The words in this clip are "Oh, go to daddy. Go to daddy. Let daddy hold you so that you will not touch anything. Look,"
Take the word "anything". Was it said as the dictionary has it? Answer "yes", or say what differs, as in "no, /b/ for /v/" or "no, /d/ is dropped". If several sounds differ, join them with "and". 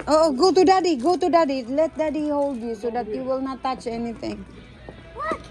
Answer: no, /t/ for /θ/